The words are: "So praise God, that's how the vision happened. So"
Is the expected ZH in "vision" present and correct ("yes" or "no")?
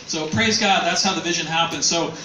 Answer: yes